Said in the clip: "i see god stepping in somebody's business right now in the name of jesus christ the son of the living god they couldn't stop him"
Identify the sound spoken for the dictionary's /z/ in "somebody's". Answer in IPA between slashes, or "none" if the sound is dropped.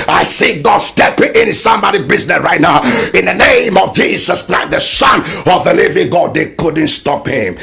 none